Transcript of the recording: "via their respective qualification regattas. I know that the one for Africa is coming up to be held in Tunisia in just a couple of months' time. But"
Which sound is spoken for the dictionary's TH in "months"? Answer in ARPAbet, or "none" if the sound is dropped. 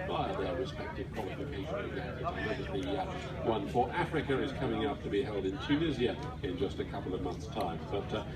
TH